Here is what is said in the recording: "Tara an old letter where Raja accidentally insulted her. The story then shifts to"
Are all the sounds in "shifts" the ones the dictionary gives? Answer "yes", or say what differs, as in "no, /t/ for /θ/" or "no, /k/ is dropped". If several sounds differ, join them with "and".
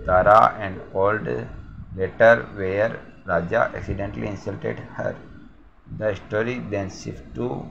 no, /s/ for /ʃ/